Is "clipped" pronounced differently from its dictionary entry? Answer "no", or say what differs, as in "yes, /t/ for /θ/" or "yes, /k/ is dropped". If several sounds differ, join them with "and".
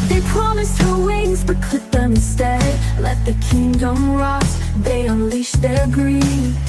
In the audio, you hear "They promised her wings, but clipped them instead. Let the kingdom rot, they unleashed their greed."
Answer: yes, /p/ is dropped